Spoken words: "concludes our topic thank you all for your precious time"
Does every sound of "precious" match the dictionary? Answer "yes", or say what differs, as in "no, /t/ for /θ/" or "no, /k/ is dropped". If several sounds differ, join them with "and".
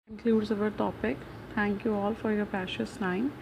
no, /ɹ/ is dropped